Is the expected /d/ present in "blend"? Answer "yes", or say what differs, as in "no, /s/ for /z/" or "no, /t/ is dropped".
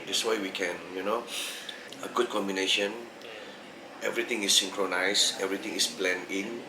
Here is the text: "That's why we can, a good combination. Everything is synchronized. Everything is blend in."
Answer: no, /d/ is dropped